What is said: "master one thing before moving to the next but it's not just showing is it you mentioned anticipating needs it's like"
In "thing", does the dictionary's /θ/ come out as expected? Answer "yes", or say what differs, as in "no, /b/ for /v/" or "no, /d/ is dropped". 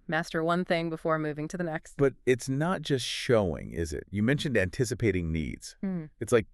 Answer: yes